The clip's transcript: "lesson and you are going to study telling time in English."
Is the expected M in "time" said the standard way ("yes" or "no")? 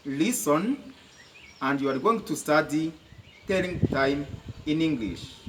yes